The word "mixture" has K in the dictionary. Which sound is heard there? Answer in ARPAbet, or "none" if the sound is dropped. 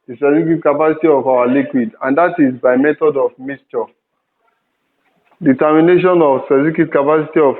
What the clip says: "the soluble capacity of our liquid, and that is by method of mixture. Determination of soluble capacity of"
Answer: none